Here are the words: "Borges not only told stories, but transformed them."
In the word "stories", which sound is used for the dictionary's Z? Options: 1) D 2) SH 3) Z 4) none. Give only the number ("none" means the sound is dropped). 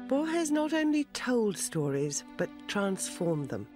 3